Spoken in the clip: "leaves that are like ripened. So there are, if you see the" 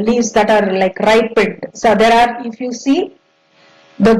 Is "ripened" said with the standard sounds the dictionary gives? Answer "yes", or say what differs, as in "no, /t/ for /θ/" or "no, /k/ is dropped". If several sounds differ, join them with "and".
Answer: no, /n/ is dropped